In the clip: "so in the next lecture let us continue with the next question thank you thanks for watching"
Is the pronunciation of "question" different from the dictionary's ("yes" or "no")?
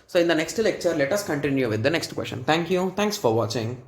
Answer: yes